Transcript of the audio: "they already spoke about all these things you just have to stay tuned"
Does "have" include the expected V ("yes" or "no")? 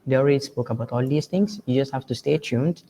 no